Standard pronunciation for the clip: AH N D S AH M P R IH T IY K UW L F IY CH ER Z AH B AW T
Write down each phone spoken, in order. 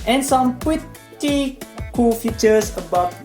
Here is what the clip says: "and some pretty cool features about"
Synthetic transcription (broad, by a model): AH N S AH M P W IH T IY K UW L F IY CH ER S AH B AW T